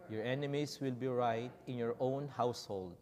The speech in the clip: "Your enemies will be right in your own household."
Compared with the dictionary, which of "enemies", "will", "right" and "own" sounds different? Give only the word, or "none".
enemies